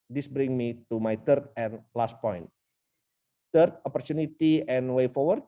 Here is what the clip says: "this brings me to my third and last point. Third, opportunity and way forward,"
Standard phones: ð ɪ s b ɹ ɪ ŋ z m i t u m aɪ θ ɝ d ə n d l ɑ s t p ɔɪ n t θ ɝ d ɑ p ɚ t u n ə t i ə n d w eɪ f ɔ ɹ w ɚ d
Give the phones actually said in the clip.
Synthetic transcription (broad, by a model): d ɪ s b ɹ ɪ ŋ m i t u m aɪ t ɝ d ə n l ɑ s t p ɔɪ n t t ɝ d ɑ p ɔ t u n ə t i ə n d w eɪ f ɔ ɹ w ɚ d